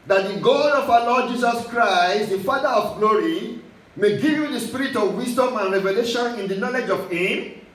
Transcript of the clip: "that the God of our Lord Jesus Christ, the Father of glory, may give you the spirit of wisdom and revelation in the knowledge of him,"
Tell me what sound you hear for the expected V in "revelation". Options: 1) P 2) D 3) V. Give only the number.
3